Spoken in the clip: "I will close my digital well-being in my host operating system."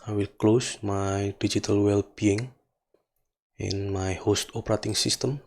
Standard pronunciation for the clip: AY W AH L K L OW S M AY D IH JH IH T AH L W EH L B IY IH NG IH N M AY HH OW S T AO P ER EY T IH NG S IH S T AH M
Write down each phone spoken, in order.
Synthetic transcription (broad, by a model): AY W AH L K L OW S M AY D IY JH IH T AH L W EH L B IY IH NG IH N M AY HH OW S T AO P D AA T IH NG S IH S T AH M